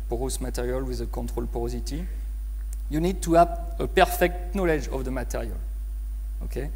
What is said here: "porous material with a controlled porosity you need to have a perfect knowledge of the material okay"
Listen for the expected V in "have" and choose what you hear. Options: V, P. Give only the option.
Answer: P